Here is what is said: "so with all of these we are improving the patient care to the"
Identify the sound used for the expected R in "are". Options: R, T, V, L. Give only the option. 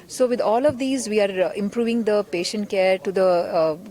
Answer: R